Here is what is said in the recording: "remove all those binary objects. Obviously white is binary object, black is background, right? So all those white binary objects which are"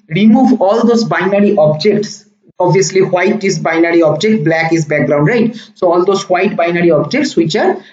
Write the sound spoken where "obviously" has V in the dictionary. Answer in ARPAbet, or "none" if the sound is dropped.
none